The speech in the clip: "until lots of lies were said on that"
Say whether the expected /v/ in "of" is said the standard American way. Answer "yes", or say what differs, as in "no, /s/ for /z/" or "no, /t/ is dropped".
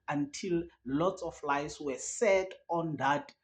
no, /f/ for /v/